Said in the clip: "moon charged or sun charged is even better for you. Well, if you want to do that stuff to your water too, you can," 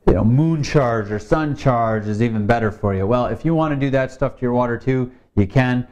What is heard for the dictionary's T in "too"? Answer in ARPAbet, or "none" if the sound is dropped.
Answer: T